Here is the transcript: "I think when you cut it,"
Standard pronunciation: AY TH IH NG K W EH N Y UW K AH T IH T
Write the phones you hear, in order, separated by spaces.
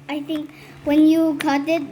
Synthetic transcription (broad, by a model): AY T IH NG K W EH N Y UW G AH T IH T